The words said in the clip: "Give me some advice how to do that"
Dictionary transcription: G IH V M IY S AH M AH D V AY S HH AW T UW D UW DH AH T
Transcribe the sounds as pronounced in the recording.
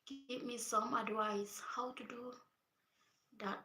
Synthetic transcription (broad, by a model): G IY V M IY S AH M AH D W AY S HH AW T UW D UW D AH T